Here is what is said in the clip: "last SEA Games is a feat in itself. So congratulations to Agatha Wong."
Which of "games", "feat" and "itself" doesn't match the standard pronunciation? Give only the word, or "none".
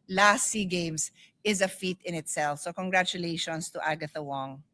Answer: games